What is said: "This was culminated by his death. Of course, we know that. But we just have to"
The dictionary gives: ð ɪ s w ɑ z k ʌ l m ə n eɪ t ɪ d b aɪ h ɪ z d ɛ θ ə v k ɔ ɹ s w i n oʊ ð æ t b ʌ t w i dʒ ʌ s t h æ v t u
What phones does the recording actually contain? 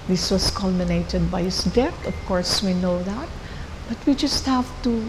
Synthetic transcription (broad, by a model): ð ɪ s w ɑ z k ʌ l m ə n eɪ t ɪ d b aɪ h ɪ s d ɛ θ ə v k ɔ ɹ s w i n oʊ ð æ t b ʌ t w i dʒ ʌ s t h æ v t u